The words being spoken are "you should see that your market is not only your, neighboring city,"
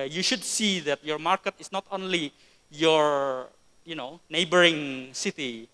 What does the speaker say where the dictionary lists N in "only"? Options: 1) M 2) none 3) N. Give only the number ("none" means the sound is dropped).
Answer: 3